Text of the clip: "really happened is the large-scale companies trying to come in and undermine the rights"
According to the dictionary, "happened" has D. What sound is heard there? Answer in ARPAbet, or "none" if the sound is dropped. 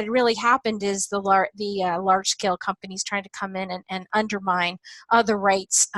D